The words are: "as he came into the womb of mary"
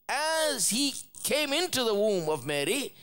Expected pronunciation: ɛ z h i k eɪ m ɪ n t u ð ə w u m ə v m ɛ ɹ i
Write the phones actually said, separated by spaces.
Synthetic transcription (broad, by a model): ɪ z h i k eɪ m ɪ n t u ð ə w u m ə v m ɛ ɹ i